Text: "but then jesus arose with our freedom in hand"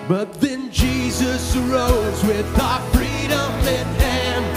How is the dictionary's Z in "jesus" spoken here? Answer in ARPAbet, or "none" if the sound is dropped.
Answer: Z